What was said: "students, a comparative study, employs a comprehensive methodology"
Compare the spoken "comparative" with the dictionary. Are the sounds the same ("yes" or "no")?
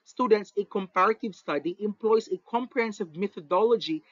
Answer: yes